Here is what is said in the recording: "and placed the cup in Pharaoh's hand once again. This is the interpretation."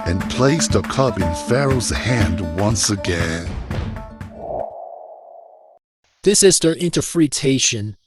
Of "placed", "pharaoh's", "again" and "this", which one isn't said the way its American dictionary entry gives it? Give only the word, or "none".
none